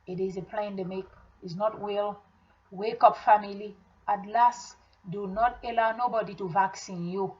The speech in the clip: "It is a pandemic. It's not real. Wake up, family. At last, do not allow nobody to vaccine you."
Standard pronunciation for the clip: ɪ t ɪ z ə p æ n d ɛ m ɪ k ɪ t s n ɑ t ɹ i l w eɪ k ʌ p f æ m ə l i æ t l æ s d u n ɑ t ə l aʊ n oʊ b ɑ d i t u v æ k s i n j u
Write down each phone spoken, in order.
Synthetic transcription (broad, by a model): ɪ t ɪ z ə p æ n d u m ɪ k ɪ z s n ɑ t w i l w eɪ k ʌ p f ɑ m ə l i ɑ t l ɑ s d u n ɑ t ə l aʊ n oʊ b ɑ d i t u v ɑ k s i n j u